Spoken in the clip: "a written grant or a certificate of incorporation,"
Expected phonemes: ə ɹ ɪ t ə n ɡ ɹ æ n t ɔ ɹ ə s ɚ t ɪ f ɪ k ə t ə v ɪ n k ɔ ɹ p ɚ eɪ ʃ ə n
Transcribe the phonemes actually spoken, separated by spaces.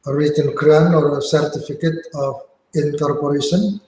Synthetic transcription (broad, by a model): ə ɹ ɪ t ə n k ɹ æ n ɔ ɹ ə s ɚ t ɪ f ɪ k ə t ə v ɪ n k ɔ ɹ p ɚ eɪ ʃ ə n